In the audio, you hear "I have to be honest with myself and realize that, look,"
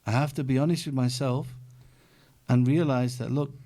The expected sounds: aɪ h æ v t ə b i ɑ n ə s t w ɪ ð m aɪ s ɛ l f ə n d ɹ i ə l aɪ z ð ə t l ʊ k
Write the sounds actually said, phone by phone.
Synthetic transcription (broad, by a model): aɪ h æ f t ə b i ɑ n ə s t w ɪ ð m aɪ s ɛ l f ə n ɹ i ə l aɪ z ð ə t l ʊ k